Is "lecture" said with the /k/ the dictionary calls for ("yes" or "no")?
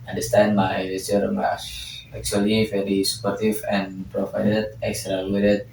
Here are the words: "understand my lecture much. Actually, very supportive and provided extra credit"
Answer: no